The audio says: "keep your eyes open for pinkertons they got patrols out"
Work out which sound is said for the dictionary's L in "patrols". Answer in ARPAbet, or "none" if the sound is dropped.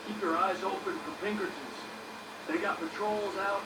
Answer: L